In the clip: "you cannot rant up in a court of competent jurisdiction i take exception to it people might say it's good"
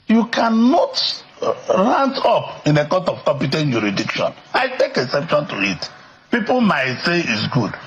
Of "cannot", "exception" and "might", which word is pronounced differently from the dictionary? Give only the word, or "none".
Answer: exception